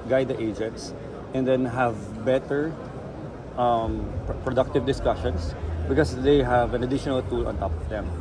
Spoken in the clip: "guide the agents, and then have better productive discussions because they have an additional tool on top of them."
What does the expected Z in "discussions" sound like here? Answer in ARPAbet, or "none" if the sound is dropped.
S